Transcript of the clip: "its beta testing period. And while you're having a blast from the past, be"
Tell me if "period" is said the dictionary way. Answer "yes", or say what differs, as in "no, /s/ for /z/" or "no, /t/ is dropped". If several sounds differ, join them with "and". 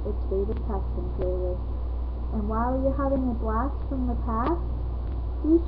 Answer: no, /l/ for /ɹ/